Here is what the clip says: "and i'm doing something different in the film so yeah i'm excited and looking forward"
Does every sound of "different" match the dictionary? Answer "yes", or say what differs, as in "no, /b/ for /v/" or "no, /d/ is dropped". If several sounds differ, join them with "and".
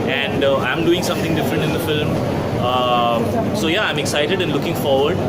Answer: yes